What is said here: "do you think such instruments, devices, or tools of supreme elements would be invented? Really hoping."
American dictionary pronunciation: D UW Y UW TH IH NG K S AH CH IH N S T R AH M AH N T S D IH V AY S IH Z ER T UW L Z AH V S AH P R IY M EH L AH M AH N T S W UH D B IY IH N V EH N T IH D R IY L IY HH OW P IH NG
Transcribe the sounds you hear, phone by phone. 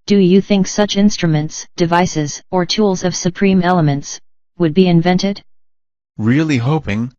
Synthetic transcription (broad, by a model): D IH Y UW TH IH NG K S AH CH IH N S T R AH M AH N T S D IH V AY S IH Z ER T UW L Z AH V S AH P R IY M EH L AH M AH N T S W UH D B IY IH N V EH N T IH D R IY L IY HH OW P IH NG